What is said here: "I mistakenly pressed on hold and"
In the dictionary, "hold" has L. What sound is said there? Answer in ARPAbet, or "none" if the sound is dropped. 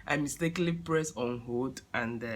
none